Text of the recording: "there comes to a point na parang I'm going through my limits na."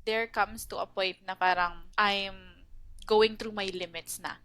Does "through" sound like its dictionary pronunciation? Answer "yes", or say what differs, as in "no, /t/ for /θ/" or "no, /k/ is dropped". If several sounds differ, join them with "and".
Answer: no, /t/ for /θ/